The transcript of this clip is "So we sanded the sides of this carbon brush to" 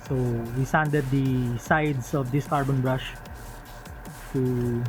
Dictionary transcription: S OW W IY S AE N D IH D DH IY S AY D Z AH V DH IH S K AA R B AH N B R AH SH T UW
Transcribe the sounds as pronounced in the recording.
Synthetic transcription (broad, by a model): S OW W IY S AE N D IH D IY S AY D S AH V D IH S K AA R B AH N B R AH SH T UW